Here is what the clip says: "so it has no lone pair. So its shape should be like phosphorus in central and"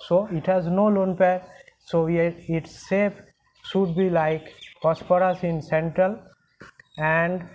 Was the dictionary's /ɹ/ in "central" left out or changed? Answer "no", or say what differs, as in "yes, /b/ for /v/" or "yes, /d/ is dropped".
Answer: no